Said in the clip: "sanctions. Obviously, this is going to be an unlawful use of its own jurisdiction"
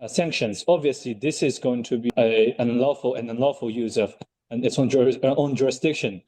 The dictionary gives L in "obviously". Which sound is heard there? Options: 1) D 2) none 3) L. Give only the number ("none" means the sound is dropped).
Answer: 3